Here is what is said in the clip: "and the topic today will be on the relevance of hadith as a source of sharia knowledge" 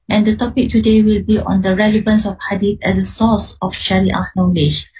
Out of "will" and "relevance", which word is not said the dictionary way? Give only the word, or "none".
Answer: none